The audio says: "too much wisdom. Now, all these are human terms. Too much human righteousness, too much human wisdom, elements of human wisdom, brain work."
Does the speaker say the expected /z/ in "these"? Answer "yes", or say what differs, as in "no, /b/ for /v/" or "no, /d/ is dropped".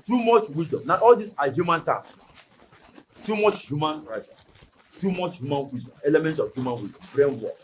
no, /s/ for /z/